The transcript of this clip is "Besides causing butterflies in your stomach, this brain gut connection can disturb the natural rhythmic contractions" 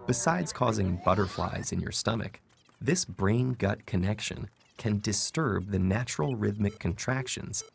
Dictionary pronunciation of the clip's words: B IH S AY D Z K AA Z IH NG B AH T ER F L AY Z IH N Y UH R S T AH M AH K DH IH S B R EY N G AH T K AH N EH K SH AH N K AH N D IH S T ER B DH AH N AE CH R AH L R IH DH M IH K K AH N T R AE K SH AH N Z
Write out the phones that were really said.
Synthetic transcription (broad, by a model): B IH S AY D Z K AA Z IH NG B AH T ER F L AY Z IH N Y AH R S T AH M AH K DH IH S B R EY N G AH T K AH N EH K SH AH N K AH N D IH S T ER B DH AH N AE CH R L R IH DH M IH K K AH N T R AE K SH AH N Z